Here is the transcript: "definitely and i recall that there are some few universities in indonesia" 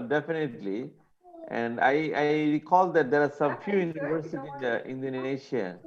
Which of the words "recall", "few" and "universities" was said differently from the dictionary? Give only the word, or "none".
universities